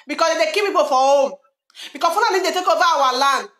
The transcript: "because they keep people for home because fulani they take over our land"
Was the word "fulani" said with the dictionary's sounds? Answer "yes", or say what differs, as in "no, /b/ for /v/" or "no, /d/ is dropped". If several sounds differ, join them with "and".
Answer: no, /n/ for /l/